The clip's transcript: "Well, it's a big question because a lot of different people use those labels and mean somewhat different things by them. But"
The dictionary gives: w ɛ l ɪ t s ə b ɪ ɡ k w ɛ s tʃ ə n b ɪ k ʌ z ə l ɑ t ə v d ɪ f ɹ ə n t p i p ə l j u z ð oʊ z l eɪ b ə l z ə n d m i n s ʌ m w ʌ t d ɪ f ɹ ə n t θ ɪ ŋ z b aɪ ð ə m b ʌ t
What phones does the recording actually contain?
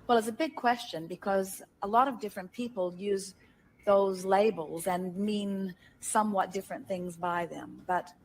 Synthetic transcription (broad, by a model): w ɛ l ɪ t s ə b ɪ ɡ k w ɛ s tʃ ə n b ɪ k ʌ z ə l ɑ t ə v d ɪ f ɹ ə n p i p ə l j u z ð oʊ z l eɪ b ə l z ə n m i n s ʌ m w ʌ t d ɪ f ɹ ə n θ ɪ ŋ z b aɪ ð ə m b ʌ t